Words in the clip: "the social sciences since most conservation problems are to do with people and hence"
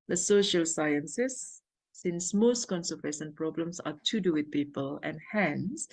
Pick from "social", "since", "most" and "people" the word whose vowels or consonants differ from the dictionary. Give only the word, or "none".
none